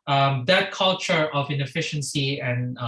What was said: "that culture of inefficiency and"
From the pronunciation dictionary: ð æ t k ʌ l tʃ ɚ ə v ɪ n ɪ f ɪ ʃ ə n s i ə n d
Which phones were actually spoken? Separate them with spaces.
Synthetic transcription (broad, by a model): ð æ t k ʌ l tʃ ɚ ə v ɪ n ɪ f ɪ ʃ ə n s i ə n